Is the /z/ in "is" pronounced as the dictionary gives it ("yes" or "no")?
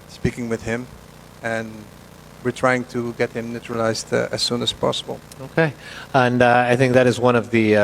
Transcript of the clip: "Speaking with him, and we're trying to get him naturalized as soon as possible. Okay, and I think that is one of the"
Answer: yes